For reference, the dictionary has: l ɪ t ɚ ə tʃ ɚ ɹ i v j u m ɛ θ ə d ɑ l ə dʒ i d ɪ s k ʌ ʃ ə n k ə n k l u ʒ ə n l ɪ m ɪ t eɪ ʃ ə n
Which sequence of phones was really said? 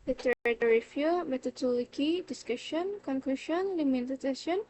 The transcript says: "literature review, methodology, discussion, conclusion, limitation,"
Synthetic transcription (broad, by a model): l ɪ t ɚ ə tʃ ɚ ɹ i f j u m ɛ t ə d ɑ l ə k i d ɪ s k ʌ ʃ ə n k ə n k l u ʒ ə n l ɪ m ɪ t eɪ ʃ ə n